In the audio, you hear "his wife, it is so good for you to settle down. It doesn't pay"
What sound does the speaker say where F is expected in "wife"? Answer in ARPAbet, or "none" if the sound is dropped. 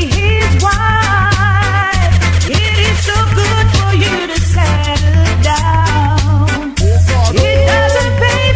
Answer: none